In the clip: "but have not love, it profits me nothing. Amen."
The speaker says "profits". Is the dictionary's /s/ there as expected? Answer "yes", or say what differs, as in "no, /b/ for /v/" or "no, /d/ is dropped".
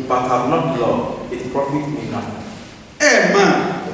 no, /s/ is dropped